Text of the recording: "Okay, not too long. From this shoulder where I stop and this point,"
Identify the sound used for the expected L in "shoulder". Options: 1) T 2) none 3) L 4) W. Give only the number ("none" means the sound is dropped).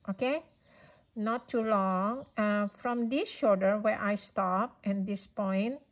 2